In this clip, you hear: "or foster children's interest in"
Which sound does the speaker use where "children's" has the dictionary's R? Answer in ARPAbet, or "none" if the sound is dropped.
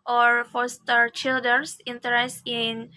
none